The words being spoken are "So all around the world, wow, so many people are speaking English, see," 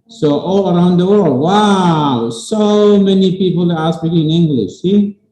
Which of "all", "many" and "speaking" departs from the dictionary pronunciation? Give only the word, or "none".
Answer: speaking